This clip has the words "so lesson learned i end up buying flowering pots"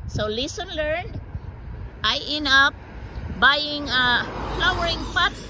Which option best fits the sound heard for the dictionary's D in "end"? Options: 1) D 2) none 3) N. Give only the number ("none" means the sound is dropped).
2